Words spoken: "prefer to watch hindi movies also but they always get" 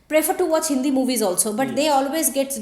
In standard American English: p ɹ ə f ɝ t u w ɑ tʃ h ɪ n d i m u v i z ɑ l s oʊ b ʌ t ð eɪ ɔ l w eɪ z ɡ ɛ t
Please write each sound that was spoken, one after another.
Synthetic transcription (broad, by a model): p ɹ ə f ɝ t u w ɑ tʃ h ɪ n d i m u v i z ɑ l s oʊ b ʌ t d eɪ ɔ l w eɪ z ɡ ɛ t